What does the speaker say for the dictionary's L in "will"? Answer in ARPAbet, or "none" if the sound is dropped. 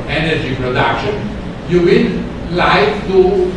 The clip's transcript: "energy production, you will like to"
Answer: N